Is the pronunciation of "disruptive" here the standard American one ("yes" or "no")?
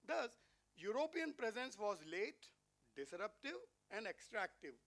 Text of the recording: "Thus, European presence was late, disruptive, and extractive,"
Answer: yes